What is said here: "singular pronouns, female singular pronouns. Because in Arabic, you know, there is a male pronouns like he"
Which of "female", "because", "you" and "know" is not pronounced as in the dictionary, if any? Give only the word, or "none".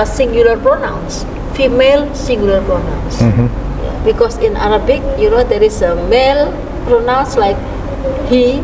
because